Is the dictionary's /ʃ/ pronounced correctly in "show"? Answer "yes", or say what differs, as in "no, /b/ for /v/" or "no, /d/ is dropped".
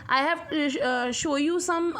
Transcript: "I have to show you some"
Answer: yes